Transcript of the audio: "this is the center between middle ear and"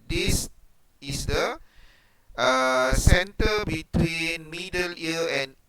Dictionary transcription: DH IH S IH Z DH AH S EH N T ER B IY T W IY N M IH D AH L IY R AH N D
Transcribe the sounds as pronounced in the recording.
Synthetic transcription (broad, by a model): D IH S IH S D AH S EH N T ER B IY T W IY N M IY D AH L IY L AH N